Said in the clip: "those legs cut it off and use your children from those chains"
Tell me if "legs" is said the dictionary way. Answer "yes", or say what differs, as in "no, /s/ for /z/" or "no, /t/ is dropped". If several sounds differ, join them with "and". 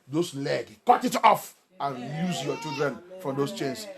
no, /z/ is dropped